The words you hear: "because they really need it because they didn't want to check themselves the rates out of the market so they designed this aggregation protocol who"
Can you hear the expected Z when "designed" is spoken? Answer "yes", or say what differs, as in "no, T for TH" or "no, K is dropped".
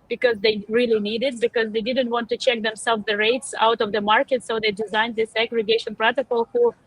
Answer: yes